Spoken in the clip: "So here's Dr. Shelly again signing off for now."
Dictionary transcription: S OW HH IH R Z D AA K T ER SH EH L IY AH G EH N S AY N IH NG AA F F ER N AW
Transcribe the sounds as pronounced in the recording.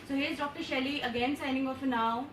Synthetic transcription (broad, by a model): S OW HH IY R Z D AA K T ER SH EH L IY AH G EH N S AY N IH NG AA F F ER N AW